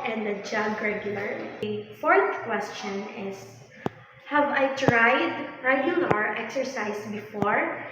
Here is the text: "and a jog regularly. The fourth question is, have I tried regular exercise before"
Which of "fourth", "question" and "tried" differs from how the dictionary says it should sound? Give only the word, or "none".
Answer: none